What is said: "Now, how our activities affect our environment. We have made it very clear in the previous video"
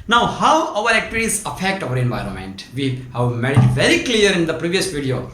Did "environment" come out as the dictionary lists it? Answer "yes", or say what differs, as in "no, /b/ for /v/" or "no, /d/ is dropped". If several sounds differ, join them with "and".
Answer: yes